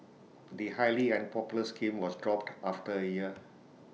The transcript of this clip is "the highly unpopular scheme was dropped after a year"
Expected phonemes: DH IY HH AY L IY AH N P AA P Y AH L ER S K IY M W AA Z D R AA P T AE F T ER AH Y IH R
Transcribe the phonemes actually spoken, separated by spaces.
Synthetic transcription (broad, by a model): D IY HH AY L IY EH N P AA P Y L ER S K IY M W AA S D R AA P T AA F T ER AH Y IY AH